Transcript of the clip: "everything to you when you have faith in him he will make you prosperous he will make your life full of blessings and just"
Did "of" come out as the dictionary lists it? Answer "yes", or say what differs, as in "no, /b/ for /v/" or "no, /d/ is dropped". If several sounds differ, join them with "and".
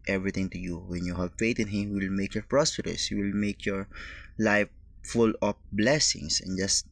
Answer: no, /p/ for /v/